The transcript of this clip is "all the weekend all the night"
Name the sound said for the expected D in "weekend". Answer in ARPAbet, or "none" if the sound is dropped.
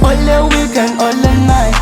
none